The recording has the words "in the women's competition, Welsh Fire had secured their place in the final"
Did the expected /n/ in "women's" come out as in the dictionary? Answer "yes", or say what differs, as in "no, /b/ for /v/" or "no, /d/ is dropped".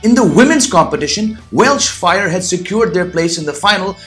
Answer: yes